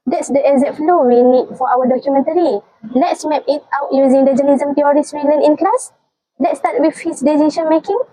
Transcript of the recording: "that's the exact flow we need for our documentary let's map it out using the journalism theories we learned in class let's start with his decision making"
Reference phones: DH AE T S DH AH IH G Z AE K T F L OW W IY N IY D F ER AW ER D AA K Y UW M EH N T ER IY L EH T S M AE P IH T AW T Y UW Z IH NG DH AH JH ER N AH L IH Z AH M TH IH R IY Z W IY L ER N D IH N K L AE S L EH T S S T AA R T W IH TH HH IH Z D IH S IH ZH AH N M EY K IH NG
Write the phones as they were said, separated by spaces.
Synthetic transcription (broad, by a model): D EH T S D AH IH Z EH T F L OW W IY N IY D F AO AW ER D AA K Y UW M EH N T ER IY L EH T S M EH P IH T AW T Y UW Z IH NG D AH JH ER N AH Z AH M T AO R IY S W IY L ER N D IH N K L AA S L EH T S S T AA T W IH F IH S D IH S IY SH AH N M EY K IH NG